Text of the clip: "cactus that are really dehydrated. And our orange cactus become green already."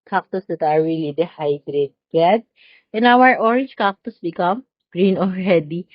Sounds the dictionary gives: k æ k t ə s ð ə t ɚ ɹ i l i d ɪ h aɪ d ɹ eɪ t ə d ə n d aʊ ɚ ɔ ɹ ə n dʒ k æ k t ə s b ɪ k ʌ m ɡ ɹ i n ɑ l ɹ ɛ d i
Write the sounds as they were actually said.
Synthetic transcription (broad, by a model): k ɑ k t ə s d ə t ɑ ɹ i l i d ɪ h aɪ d ɹ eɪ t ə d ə n aʊ ɚ ɔ ɹ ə n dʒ k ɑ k t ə s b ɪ k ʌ m ɡ ɹ i n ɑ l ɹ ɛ d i